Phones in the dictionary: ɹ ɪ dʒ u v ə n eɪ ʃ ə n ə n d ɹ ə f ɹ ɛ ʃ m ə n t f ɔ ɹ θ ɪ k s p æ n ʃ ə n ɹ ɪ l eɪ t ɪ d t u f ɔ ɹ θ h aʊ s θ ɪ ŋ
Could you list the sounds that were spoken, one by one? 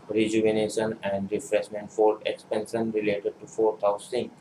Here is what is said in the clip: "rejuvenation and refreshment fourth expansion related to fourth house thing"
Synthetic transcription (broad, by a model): ɹ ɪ dʒ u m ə n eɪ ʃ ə n ə n d ɹ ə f ɹ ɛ s m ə n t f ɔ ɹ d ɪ k s p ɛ n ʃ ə n ɹ ɪ l eɪ t ɪ d t u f ɔ ɹ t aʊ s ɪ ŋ